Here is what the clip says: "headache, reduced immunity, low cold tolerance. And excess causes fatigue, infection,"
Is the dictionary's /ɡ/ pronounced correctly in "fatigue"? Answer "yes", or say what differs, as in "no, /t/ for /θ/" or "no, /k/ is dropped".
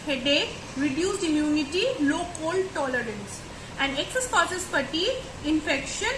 no, /ɡ/ is dropped